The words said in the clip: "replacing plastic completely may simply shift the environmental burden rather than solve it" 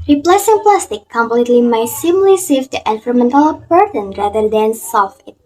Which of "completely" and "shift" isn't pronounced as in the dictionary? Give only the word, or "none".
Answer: shift